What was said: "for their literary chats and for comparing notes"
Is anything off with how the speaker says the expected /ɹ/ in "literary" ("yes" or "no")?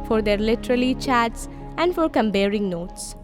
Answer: yes